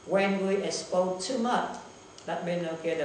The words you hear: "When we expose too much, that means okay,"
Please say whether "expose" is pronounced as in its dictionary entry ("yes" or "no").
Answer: no